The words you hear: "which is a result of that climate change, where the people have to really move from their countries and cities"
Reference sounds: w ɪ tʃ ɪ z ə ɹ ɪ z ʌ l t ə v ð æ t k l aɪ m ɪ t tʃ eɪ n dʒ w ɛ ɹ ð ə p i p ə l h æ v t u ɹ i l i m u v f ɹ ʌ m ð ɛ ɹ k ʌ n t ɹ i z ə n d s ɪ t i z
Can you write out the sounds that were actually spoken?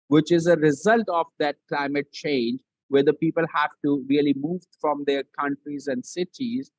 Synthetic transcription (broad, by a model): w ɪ tʃ ɪ z ə ɹ ɪ z ʌ l t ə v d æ t k l aɪ m ɪ t tʃ eɪ n dʒ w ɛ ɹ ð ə p i p ə l h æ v t u ɹ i l i m u v f ɹ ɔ m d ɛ ɹ k ʌ n t ɹ i z ə n d s ɪ t i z